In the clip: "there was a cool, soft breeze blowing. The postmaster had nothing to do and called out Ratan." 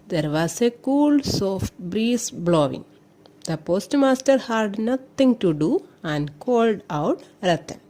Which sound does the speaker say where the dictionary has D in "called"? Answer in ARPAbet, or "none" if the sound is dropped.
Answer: D